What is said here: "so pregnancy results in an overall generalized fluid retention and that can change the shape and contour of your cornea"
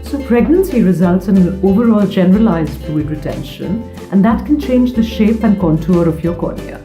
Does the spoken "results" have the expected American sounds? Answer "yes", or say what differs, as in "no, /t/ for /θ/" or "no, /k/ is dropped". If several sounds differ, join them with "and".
yes